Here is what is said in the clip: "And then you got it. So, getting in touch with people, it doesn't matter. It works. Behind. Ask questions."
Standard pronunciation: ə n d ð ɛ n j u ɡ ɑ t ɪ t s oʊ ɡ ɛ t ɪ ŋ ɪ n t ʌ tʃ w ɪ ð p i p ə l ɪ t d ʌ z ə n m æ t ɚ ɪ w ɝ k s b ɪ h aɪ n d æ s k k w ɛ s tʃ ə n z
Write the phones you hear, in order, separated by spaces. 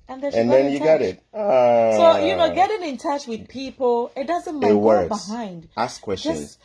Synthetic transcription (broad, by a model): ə n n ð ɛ n j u ɡ ɑ t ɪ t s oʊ ɡ ɛ t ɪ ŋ ɪ n t ʌ tʃ w ɪ ð p i p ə l ɪ t d ʌ z ə n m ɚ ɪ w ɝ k b ɪ h aɪ n d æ s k k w ɛ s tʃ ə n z